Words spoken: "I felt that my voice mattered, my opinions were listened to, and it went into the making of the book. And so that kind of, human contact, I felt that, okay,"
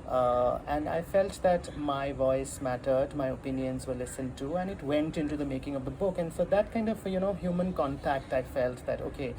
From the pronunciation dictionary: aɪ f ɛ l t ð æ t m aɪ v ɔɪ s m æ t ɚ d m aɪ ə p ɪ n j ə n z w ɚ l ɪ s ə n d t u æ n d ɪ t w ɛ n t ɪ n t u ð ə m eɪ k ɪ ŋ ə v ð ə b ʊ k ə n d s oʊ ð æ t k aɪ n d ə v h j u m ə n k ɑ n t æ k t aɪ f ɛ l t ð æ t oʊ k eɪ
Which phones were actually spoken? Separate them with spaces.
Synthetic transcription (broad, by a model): aɪ f ɛ l t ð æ t m aɪ v ɔɪ s m æ t ɚ d m aɪ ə p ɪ n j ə n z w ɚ l ɪ s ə n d t u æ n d ɪ t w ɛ n t ɪ n t u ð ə m eɪ k ɪ ŋ ə v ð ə b ʊ k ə n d s oʊ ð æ t k aɪ n d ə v h j u m ə n k ɑ n t æ k t aɪ f ɛ l t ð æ t oʊ k eɪ